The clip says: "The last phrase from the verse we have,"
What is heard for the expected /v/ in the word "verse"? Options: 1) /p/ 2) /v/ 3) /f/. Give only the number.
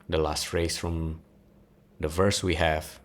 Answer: 2